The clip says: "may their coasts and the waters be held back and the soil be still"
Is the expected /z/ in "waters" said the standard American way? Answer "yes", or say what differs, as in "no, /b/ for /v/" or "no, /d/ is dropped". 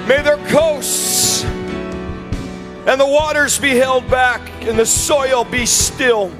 yes